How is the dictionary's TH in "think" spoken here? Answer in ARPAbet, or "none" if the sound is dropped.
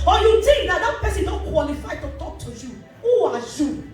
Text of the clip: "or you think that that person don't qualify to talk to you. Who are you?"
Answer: T